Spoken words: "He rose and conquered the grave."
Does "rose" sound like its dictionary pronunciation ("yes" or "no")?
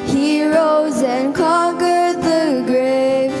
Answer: yes